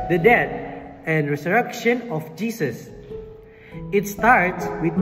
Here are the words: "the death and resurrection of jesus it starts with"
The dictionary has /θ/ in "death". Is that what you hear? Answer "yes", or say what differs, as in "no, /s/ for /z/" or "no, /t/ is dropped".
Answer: no, /t/ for /θ/